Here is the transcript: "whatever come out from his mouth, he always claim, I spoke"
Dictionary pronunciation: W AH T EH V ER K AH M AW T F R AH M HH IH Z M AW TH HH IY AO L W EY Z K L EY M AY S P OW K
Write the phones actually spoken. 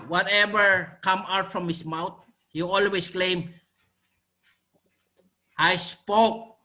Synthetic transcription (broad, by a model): W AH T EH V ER K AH M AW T F R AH M HH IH S M AW T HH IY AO L W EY S K L EY M AY S P OW K